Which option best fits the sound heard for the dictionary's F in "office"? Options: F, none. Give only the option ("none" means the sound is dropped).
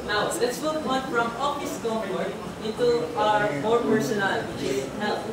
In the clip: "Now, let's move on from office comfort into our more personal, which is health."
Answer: none